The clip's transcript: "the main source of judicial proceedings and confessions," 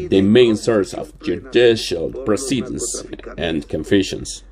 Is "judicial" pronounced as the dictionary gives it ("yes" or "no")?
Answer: yes